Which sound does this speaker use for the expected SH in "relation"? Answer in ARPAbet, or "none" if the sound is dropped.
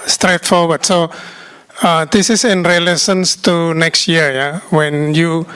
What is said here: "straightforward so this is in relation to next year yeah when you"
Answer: S